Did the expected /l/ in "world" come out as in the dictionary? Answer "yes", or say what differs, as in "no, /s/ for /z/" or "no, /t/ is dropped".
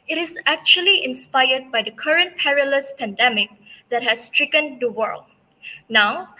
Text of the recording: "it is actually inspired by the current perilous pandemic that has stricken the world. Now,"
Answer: yes